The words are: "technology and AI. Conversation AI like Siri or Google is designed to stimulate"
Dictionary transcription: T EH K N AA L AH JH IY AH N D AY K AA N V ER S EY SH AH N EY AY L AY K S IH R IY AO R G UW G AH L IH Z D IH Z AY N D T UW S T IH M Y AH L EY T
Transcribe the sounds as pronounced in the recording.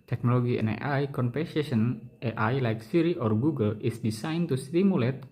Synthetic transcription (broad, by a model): T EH K N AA L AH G IY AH N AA AY K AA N P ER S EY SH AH N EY AY L AY K S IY R IY AO R G UW G AH L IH S D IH S AY N T UW S T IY M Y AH L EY T